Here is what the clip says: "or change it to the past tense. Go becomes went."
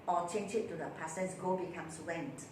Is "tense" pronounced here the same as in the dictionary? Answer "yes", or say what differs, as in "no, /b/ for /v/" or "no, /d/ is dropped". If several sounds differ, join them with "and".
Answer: no, /n/ is dropped